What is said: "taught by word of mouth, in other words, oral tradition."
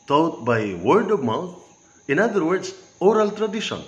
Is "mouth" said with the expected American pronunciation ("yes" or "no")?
no